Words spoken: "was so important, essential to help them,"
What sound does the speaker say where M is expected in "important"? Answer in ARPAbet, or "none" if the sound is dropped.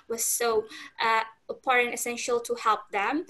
none